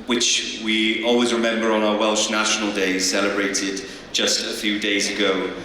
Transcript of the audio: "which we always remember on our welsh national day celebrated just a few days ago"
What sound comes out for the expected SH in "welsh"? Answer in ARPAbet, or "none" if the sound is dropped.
SH